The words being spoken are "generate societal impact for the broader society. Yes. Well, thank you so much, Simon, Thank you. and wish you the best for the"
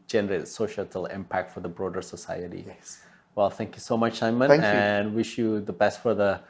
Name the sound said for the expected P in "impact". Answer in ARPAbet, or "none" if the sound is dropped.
P